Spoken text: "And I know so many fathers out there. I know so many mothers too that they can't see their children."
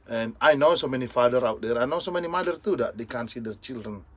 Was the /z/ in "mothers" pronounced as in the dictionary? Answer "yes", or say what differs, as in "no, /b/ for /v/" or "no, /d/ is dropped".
no, /z/ is dropped